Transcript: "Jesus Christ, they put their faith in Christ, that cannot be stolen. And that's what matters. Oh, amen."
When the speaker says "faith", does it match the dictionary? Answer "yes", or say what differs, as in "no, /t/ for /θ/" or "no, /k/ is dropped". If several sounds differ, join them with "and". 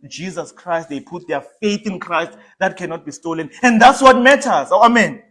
yes